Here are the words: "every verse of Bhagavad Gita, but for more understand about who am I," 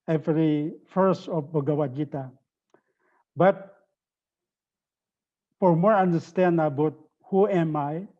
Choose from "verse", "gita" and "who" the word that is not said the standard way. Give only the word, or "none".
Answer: verse